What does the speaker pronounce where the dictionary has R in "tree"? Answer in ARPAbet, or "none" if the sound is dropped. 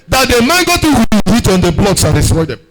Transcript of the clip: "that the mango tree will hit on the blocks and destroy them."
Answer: none